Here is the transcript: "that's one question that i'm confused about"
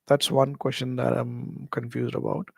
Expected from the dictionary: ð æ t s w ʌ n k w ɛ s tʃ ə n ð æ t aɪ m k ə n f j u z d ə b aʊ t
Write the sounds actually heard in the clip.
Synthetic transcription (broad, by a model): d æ t s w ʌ n k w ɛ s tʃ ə n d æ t aɪ m k ə n f j u z d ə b aʊ t